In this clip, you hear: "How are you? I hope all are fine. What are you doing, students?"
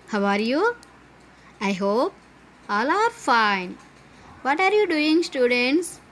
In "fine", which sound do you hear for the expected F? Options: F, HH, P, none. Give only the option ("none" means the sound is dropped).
F